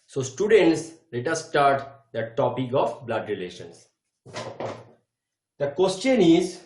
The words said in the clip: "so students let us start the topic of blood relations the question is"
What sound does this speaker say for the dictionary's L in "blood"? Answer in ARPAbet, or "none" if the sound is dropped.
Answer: L